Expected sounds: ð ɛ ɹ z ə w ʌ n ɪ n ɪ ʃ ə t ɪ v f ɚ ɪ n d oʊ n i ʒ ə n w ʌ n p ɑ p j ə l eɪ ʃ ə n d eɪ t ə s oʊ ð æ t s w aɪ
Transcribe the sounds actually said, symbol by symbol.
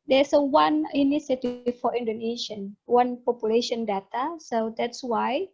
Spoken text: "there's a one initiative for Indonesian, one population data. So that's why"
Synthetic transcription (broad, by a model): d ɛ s ə w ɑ n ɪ n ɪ s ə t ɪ f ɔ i n d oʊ n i ʃ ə n w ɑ n p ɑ p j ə l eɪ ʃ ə n d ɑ t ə s oʊ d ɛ t s w aɪ